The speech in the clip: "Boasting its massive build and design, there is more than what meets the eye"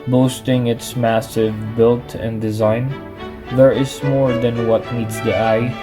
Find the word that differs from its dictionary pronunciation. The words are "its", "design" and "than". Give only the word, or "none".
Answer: none